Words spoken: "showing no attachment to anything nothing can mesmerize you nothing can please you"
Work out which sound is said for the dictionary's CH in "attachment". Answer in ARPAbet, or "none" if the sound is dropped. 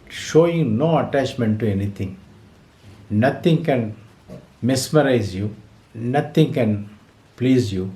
CH